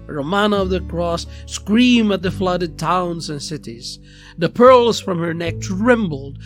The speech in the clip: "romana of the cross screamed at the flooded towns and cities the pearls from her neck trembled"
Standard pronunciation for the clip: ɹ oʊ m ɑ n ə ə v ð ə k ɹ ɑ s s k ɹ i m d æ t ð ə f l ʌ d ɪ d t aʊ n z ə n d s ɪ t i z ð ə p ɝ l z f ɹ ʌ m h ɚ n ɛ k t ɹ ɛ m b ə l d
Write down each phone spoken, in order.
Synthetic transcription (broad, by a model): ɹ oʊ m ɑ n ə ə v ð ə k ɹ ɑ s s k ɹ i m æ t ð ə f l ʌ d ɪ d t aʊ n z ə n s ɪ t i z ð ə p ɝ l z f ɹ ʌ m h ɚ n ɛ k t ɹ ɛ m b l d